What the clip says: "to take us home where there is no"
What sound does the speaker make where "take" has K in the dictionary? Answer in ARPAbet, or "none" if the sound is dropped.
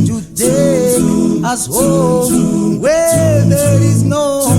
none